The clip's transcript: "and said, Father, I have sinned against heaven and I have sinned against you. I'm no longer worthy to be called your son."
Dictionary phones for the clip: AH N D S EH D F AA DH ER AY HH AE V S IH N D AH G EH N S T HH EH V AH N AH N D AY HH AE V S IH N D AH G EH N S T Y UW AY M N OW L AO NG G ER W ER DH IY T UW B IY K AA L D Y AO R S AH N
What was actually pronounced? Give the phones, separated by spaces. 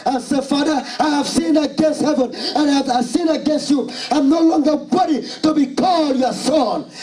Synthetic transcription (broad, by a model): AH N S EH F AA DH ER AY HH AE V S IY N AH G EH N S T HH EH V AH N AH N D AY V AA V S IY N AH G EH N S T Y UW AY M N OW L AO NG G ER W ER IY T UW B IY K AA L D Y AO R S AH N